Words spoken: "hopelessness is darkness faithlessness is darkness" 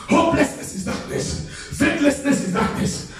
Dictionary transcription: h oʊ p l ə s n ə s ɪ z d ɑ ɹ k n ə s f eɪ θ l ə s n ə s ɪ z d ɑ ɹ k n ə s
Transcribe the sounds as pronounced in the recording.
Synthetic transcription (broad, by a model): h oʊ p l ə s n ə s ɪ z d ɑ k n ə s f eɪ t l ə s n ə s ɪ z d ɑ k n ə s